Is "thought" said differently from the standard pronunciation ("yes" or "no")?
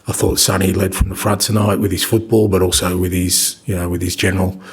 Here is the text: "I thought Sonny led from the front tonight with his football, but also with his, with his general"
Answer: no